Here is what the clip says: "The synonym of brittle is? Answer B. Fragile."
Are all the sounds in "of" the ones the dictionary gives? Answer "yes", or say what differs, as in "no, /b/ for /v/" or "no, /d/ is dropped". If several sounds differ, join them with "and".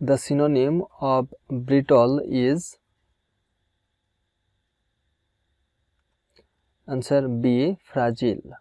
no, /b/ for /v/